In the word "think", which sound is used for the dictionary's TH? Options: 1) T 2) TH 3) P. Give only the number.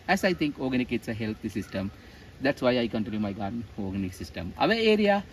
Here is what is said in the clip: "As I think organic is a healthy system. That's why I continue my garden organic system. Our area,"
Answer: 1